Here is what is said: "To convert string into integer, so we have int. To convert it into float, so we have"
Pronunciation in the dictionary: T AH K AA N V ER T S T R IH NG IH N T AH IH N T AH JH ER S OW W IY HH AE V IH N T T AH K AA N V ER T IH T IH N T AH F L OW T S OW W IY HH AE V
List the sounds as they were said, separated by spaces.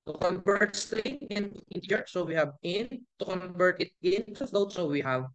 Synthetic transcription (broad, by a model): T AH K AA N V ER T S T IH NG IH N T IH N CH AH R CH S OW W IY HH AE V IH N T T AH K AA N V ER T IH T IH N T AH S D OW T S OW W IY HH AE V